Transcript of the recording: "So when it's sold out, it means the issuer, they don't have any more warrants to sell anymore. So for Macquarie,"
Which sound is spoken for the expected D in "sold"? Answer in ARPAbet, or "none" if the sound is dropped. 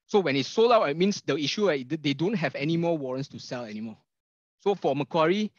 none